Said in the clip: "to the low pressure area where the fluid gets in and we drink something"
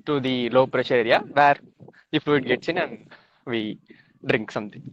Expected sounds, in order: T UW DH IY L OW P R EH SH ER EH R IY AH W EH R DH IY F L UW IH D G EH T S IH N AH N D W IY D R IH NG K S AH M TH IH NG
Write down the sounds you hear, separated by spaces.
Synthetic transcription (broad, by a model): T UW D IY L OW P R EH SH ER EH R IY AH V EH R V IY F UW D G EH T S IH N AH N D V IY D R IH NG K S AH M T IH NG